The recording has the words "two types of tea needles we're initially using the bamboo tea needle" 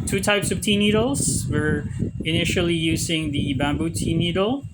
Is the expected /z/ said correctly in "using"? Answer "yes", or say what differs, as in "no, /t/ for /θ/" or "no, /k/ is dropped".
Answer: yes